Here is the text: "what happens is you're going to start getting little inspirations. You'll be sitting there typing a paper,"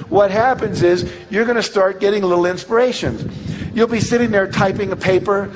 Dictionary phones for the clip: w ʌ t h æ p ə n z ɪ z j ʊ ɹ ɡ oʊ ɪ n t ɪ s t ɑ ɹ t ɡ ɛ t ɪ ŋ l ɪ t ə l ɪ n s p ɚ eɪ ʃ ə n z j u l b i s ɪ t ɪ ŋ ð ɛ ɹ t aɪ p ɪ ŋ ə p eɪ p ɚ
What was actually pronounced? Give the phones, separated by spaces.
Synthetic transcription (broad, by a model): w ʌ t h æ p ə n z ɪ z j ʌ ɹ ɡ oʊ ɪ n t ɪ s t ɑ ɹ t ɡ ɛ t ɪ ŋ l ɪ t l ɪ n s p ɚ eɪ ʃ ə n z j u l b i s ɪ t ɪ ŋ ð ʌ ɹ t aɪ p ɪ ŋ ə p eɪ p ɚ